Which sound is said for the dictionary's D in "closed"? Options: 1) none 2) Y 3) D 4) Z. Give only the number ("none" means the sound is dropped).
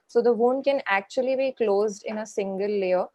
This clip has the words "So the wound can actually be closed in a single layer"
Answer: 3